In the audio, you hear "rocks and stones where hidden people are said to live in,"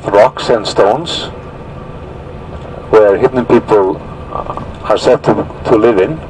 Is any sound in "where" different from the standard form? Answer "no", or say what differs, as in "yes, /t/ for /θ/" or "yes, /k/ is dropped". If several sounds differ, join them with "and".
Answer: no